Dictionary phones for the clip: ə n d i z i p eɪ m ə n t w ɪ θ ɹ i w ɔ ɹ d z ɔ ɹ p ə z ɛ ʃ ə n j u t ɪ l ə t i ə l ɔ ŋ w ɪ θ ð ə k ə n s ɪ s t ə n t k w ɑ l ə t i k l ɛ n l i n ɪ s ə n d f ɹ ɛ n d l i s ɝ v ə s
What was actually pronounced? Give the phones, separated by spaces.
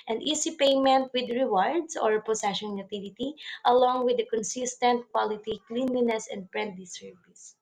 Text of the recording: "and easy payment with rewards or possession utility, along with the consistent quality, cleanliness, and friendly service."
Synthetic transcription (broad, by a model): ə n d i s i p eɪ m ə n t w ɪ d ɹ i w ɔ ɹ d s ɔ ɹ p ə s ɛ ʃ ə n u t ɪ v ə t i ə l ɔ ŋ w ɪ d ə k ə n s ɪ s t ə n t k w ɑ l ə t i k l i n l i n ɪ s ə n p ɹ ɛ n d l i s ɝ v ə s